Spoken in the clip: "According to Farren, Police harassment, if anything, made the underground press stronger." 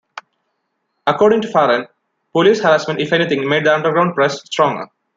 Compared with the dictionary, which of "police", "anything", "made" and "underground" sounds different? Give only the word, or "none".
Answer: anything